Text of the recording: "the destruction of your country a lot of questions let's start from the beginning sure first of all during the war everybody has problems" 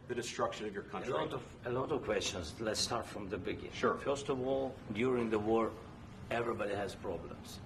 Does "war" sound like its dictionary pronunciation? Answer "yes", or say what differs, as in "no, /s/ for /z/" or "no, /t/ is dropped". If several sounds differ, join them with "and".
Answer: yes